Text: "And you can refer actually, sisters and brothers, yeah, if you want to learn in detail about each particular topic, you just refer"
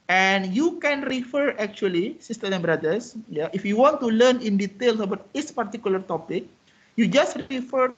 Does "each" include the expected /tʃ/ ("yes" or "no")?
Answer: no